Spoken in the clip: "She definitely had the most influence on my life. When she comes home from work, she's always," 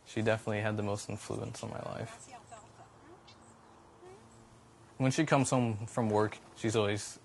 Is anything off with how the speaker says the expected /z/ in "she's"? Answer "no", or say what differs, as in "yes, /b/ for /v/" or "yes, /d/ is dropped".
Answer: no